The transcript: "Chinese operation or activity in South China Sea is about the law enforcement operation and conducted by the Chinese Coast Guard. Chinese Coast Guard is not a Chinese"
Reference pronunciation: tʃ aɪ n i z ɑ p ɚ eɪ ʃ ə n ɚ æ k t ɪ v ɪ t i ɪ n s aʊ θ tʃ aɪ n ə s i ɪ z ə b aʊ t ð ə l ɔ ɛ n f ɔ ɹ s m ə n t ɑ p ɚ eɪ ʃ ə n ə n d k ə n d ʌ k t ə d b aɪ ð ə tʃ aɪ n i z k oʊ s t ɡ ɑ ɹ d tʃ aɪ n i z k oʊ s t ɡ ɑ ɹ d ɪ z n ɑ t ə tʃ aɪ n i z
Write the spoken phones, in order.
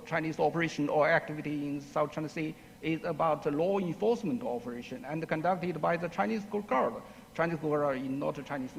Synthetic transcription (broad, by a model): tʃ aɪ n i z ɑ p ɚ eɪ ʃ ə n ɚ æ k t ɪ v ɪ t i ɪ n s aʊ t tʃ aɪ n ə s i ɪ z ə b aʊ t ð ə l ɔ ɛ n f ɔ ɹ s m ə n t ɑ p ɚ eɪ ʃ ə n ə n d k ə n d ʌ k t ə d b aɪ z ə tʃ aɪ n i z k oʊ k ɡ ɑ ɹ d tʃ aɪ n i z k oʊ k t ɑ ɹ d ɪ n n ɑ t ə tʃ aɪ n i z